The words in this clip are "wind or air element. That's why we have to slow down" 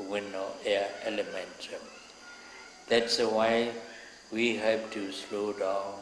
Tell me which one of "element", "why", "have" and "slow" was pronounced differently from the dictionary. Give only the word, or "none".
have